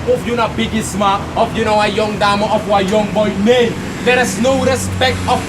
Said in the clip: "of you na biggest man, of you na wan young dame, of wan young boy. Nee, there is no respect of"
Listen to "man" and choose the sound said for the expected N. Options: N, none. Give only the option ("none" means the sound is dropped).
none